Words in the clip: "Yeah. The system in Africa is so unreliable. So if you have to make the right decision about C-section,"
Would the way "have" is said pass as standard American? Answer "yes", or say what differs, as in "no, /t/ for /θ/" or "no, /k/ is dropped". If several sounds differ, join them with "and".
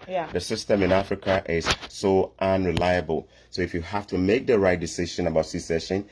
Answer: no, /f/ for /v/